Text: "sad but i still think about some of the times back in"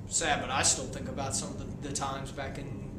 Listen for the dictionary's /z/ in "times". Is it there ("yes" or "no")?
yes